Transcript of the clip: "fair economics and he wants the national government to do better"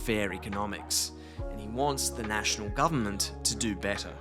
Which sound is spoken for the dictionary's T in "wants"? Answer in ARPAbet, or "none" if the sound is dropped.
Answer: T